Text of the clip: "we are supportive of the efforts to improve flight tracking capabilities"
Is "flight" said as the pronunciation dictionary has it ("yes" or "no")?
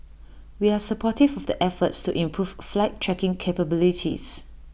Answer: yes